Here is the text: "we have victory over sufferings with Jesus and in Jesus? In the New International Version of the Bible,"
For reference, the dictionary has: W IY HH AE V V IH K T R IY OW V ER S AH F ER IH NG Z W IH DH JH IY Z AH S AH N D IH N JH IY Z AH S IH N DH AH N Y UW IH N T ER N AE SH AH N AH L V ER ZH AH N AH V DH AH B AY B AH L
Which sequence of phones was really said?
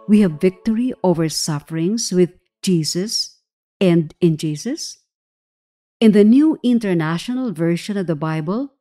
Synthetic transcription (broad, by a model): W IY HH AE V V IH K T R IY OW V ER S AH F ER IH NG S W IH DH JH IY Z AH S AH N D IH N JH IY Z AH S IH N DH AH N Y UW IH N T ER N AE SH AH N AH L V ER SH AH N AH V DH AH B AY B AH L